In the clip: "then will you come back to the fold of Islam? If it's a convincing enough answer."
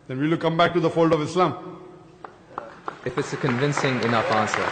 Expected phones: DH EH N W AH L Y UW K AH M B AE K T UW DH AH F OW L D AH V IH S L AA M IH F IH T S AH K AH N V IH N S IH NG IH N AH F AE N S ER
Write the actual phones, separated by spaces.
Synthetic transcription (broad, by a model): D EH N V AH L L K AH M B AE K T UW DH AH F OW L D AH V IH S L AA M IH F IH T S AH K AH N V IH N S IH NG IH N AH AE N S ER